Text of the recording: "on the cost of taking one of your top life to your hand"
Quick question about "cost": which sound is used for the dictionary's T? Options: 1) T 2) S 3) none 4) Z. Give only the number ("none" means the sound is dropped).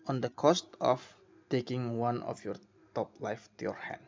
1